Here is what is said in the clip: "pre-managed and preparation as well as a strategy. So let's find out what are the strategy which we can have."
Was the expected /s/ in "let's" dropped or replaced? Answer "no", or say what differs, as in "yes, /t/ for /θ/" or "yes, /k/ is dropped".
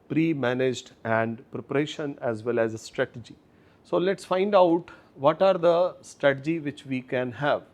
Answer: no